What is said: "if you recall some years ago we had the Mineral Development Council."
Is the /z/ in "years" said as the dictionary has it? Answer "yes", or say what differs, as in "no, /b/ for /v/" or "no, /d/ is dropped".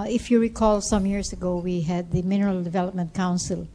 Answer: no, /s/ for /z/